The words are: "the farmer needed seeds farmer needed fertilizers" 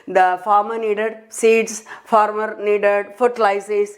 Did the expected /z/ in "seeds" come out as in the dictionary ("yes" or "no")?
no